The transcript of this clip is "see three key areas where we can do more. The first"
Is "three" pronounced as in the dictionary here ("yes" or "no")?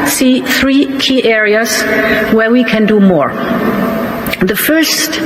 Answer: yes